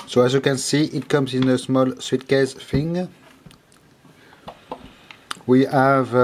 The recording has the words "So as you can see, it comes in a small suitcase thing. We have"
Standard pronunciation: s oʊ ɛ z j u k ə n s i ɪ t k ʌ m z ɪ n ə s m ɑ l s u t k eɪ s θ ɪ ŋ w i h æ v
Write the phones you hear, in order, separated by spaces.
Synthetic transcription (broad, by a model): s oʊ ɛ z j u k ə n s i ɪ t k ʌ m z ɪ n ə s m ɑ l s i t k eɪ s f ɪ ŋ w i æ v